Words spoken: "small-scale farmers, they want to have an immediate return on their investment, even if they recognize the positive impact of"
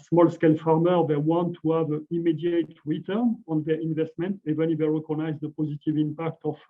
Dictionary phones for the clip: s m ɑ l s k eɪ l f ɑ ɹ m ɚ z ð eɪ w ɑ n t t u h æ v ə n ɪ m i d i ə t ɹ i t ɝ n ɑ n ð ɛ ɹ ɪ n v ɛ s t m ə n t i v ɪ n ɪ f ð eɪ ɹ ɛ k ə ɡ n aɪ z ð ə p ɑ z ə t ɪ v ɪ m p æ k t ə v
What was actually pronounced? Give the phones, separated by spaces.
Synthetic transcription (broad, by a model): s m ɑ l s k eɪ l f ɑ ɹ m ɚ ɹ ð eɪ w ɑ n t t u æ v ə m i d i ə t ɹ i t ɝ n ɑ n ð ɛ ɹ ɪ n v ɛ s t m ə n t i v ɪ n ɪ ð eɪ ɹ ɛ k ə ɡ n aɪ z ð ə p ɑ z ə t ɪ v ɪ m p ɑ k t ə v